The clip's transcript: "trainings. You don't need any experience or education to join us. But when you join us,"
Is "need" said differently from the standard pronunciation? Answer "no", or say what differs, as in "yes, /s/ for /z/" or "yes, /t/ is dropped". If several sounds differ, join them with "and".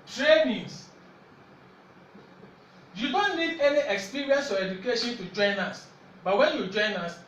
yes, /l/ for /n/